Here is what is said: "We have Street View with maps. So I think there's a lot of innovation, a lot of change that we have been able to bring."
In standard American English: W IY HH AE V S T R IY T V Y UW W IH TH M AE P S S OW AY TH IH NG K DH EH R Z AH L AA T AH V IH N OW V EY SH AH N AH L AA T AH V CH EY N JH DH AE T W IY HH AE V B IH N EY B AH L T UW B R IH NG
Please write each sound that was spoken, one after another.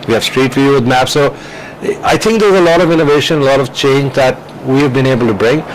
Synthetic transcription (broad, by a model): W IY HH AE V S T R IY T F Y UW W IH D M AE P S S OW AY T IH NG K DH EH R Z AH L AA T AH V IH N OW V EY SH AH N AH L AA T AH V CH EY N JH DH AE T W IY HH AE V B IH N EY B AH L T UW B R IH NG